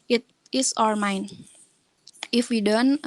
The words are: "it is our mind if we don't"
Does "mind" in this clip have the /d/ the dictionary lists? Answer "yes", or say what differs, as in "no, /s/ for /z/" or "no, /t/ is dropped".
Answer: no, /d/ is dropped